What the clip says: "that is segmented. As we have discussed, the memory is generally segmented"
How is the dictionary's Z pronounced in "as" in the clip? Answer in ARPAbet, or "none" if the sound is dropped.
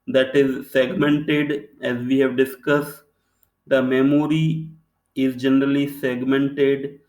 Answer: Z